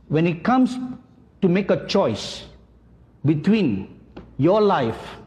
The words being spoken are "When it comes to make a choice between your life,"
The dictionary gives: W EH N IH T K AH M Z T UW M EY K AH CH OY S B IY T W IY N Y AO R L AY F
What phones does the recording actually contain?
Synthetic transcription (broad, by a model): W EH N IH T K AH M S T UW M EY K AH CH OY S B IY T W IY N Y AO L AY F